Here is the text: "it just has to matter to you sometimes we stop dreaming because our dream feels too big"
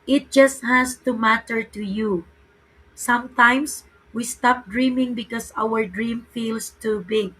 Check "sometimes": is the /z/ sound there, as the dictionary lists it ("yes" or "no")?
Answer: no